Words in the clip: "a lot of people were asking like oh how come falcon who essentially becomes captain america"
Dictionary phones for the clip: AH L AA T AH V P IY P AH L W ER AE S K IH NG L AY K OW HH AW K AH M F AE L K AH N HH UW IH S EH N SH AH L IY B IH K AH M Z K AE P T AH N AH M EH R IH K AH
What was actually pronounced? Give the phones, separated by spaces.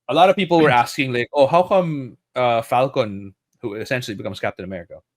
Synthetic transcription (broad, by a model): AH L AA T AH V P IY P L W ER AE S K IH NG L AY K OW HH AW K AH M F AE L K AH N HH UW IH S EH N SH L IY B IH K AH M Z K AE P T AH N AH M EH R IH K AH